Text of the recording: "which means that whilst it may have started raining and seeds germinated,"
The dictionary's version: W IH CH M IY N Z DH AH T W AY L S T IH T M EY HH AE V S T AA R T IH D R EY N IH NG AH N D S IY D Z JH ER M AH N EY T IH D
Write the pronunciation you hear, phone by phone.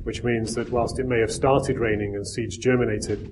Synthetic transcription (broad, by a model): W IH CH M IY N Z DH AH T W AY L S T IH T M EY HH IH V S T AA R T IH D R EY N IH NG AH N S IY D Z JH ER M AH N EY T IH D